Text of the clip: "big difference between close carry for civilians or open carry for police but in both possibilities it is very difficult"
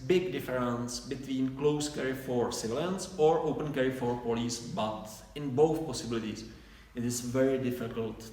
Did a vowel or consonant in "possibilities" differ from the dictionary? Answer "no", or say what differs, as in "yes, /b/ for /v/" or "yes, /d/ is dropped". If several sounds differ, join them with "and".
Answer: yes, /s/ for /z/